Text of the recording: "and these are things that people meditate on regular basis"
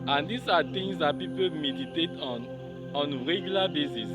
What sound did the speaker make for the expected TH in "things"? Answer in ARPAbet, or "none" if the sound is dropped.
T